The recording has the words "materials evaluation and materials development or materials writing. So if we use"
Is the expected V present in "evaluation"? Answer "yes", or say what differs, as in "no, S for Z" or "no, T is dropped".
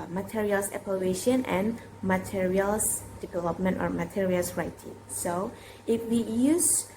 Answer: no, P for V